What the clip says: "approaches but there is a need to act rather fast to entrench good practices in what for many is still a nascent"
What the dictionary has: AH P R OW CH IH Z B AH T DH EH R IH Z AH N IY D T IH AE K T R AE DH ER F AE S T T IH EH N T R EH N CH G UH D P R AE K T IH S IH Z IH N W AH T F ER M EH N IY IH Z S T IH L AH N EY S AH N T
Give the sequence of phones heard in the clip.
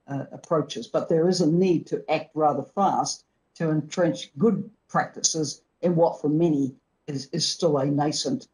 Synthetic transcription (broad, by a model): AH P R OW CH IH Z B AH T DH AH R IH Z AH N IY D T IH AE K T R AE DH ER F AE S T T IH EH N T R EH N CH G UH D P R AE K T IH S IH Z IH N W AH T F ER M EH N IY IH Z S T IH L AH N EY S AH N T